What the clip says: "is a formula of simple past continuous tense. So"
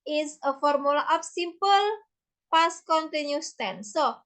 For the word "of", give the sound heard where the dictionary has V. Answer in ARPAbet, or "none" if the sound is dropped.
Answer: P